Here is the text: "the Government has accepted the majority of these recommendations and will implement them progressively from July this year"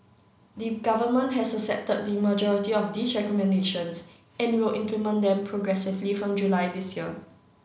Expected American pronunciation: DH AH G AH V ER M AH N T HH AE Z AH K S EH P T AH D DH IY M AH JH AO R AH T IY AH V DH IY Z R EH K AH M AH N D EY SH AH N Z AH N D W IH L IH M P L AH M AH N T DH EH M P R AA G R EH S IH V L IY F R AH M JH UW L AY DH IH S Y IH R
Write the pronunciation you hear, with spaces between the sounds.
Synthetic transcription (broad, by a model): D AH G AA V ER M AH N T HH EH S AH S EH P T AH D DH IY M AH JH AO R AH T IY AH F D IY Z R EH K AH M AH N D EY SH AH N S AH N W IH L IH M P L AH M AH N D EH M P R AA G R EH S IH V L IY F R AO M JH UW L AY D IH S Y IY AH